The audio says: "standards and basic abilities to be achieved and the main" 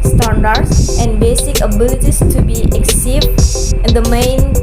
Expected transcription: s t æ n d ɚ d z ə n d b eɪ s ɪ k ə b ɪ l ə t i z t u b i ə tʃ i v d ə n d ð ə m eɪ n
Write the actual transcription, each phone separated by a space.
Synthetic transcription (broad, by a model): s t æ n d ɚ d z ə n d b eɪ s ɪ k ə b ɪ l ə t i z t u b i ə s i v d ə n d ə m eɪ n